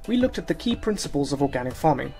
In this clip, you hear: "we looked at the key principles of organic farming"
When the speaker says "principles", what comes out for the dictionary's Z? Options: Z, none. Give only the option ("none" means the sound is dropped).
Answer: Z